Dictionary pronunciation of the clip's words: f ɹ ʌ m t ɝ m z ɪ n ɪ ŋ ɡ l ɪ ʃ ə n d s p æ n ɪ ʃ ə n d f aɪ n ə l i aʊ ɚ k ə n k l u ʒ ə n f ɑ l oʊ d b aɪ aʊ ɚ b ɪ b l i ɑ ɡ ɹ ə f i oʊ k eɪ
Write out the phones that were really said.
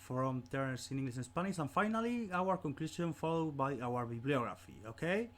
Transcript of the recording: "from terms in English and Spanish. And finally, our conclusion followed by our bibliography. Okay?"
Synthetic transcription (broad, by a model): f ɹ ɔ m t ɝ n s ɪ n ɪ ŋ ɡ l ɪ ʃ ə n s p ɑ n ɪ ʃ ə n f aɪ n ə l i aʊ ɚ k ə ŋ k l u s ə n f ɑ l oʊ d b aɪ aʊ ɚ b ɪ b l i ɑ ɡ ɹ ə f i oʊ k eɪ